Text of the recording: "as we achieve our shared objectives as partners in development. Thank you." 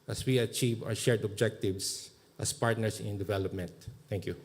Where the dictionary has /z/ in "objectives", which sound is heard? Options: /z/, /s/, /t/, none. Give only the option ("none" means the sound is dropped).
/s/